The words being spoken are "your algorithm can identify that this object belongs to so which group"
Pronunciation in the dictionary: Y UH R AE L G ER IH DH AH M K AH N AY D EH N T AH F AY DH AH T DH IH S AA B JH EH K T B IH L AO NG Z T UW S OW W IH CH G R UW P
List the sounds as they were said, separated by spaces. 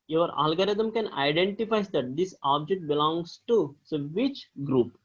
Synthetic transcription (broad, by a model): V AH R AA L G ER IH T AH M K AH N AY D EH N T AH F AY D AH T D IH S AA B JH EH K T B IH L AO NG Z T UW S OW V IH CH G R UW P